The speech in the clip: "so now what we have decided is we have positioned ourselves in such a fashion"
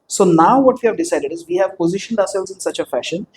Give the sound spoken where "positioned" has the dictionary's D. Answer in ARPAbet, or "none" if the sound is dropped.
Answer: D